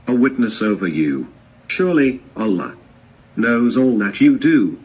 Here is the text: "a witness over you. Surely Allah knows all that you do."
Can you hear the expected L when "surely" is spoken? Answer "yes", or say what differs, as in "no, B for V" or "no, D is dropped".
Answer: yes